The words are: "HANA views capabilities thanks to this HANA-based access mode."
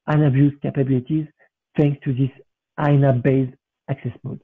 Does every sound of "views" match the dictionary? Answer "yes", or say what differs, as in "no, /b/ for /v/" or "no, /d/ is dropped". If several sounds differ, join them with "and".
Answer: no, /b/ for /v/